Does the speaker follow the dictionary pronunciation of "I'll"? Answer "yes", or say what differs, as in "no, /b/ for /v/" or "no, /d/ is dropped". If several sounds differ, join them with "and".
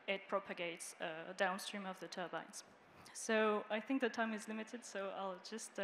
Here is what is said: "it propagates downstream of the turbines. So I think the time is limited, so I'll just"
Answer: yes